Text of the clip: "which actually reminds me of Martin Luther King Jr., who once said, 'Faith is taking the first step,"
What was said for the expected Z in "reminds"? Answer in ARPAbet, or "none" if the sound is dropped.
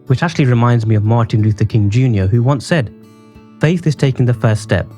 Z